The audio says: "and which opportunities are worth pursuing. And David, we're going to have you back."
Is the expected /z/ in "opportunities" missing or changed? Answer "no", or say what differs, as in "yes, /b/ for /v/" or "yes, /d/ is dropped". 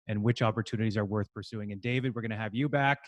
no